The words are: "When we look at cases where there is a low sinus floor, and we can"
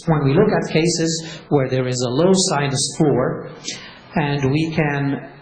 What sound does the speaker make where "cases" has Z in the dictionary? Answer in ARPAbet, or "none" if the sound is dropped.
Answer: Z